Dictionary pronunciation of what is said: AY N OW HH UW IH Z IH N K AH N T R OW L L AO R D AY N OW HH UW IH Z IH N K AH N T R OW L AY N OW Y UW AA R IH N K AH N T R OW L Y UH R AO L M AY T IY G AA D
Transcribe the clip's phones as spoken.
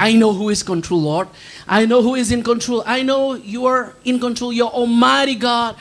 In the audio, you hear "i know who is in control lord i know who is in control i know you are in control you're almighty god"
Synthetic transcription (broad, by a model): AY N OW HH UW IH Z K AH N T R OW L L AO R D AY N OW HH UW IH Z IH N K AH N T R OW L AY N OW Y UW AA R IH N K AH N T R OW L Y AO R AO M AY T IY G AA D